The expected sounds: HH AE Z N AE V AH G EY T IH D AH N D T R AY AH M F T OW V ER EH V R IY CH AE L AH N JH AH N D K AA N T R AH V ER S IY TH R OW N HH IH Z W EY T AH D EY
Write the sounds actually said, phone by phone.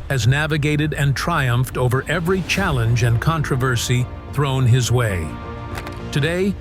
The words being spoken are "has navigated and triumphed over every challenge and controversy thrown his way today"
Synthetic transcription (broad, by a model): HH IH Z N AE V AH G EY T IH D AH N T R AY AH M F T OW V ER EH V R IY CH AE L AH N JH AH N K AA N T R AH V ER S IY TH R OW N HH IH Z W EY T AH D EY